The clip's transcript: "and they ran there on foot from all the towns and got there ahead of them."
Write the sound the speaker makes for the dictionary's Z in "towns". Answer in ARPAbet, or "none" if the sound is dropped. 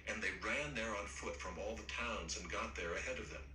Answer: Z